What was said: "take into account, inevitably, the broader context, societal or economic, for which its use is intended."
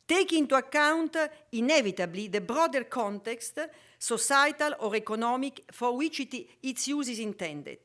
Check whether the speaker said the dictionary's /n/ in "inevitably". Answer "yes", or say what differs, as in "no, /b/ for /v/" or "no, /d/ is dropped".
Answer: yes